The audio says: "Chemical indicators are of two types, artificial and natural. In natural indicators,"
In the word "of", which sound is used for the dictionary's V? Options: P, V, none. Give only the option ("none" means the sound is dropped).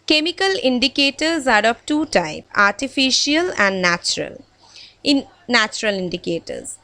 P